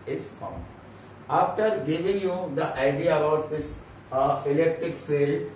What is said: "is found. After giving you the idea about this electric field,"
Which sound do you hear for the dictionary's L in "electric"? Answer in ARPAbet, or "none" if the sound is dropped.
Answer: L